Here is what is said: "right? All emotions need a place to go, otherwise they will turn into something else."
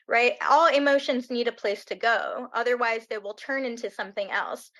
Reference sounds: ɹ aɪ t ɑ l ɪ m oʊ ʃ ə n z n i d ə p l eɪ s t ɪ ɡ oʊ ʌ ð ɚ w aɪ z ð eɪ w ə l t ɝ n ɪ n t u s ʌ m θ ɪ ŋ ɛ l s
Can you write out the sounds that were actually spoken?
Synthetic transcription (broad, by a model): ɹ aɪ t ɑ l ɪ m oʊ ʃ ə n z n i d ə p l eɪ s t ɪ ɡ oʊ ʌ ð ɚ w aɪ z ð eɪ w ə l t ɝ n ɪ n t u s ʌ m θ ɪ ŋ ɛ l s